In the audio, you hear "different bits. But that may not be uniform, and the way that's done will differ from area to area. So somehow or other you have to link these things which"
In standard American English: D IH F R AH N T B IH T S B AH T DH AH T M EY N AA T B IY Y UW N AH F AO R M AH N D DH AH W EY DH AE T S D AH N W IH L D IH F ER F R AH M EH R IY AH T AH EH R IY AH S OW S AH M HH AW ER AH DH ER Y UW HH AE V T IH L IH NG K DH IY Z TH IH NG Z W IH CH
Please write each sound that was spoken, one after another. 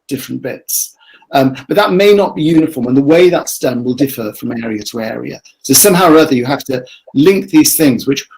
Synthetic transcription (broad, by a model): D IH F R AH N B IH T S B AH T DH AH T M EY N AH T B IY Y UW N AH F AO R M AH N DH AH W EY DH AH T S D AH N W IH L D IH F ER F R AH M EH R IY AH T AH EH R IY AH S OW S AH M HH AW ER AH DH ER Y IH HH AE F T IH L IH NG K DH IY Z TH IH NG Z W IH CH